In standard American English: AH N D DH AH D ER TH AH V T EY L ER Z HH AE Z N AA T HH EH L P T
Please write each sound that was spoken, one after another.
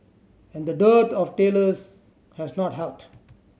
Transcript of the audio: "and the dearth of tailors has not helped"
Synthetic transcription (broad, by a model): AH N D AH D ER T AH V T EY L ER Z HH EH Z N AA T HH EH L T